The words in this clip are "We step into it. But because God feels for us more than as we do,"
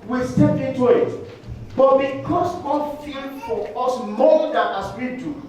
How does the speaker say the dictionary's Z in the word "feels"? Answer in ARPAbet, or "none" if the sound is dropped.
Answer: none